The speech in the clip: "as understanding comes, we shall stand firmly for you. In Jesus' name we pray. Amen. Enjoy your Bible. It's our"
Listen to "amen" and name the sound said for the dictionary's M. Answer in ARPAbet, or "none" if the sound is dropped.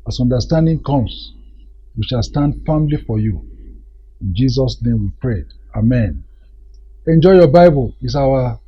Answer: M